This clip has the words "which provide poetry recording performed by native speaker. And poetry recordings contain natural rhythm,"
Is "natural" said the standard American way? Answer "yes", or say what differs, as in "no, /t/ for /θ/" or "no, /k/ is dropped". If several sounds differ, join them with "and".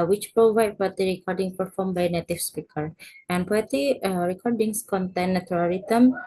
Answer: no, /tʃ/ is dropped